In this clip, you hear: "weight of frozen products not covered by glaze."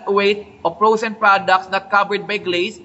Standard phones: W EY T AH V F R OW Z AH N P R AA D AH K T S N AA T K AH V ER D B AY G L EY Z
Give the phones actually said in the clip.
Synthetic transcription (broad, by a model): W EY T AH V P R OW S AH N P R AA D AH K T S N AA T K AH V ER D B AY G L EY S